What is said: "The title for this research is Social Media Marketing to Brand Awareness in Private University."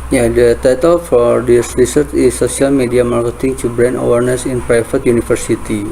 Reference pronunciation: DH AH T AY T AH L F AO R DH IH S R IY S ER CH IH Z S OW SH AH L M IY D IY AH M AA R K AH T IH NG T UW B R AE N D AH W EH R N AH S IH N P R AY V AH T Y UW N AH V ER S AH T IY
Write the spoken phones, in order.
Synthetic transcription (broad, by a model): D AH T AY T AH L F AO R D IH S R IY S ER CH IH S OW S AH L M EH D IY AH M AA R K AH T IH NG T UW B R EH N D AH W EH R N AH S IH N P R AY F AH T Y UW N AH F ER S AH T IY